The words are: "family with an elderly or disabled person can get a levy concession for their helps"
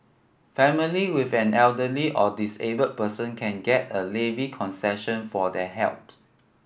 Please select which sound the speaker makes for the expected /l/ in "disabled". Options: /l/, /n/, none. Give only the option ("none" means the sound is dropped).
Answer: none